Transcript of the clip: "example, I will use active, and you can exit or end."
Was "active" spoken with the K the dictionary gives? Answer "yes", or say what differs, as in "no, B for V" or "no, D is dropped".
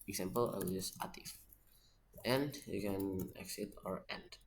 no, K is dropped